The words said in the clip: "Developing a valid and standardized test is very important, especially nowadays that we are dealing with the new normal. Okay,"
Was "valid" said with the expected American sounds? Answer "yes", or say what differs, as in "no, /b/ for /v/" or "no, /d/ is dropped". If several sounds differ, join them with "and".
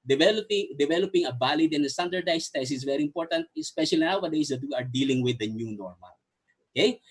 no, /b/ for /v/